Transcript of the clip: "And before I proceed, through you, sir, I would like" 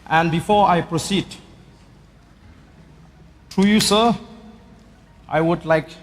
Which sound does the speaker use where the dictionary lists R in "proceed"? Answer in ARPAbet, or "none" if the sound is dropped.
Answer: R